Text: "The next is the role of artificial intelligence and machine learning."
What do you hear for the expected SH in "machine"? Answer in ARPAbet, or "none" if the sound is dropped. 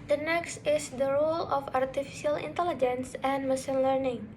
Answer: S